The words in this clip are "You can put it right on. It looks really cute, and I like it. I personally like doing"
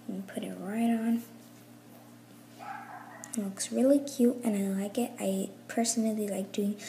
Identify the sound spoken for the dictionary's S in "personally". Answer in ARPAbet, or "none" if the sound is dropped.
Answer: S